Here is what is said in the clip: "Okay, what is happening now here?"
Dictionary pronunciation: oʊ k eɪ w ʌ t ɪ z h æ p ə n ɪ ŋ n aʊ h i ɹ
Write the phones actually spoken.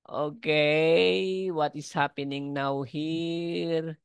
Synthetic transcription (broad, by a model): oʊ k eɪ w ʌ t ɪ s h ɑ p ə n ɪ ŋ n aʊ h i ɹ